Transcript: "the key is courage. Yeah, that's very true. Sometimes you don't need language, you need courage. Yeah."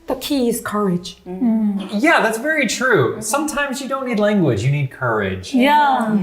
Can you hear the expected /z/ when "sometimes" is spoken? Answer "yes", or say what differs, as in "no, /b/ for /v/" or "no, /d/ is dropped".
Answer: yes